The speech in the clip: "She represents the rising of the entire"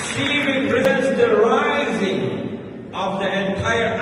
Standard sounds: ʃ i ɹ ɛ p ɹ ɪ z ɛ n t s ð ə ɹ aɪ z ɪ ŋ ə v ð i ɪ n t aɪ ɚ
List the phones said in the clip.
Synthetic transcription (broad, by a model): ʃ i ɹ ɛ p ɹ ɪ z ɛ n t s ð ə ɹ aɪ z ɪ ŋ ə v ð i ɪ n t aɪ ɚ